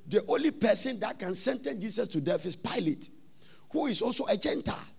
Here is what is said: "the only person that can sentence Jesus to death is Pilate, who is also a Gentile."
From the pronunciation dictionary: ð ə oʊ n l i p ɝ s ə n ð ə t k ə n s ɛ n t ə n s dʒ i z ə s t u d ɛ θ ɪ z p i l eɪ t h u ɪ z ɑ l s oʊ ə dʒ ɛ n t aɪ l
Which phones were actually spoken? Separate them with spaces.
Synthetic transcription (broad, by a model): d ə oʊ n l i p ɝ s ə n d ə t k ə n s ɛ n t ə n dʒ i s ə s t u d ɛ f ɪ s p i l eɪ t h u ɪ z ɑ l s oʊ ə dʒ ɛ n t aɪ l